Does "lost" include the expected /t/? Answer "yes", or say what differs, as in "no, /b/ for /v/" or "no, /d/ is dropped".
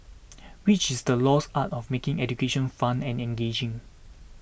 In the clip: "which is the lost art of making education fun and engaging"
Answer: no, /t/ is dropped